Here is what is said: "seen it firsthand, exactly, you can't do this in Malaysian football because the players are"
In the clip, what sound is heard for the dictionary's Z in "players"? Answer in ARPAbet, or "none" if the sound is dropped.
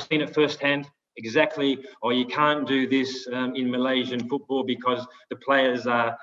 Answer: Z